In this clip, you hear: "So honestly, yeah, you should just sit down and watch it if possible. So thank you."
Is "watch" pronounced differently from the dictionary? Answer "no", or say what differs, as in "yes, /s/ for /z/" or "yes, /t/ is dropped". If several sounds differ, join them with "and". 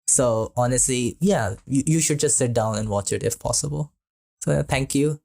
no